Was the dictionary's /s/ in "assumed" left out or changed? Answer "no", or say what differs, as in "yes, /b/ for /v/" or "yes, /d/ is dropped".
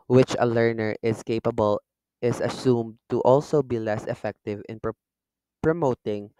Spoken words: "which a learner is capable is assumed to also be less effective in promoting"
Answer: no